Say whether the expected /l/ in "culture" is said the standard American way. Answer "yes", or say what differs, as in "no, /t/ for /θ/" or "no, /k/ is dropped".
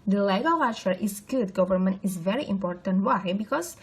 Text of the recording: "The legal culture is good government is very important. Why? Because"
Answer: no, /l/ is dropped